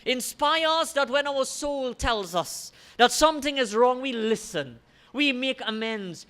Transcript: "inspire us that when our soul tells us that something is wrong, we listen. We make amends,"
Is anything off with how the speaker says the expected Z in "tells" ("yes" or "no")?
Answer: no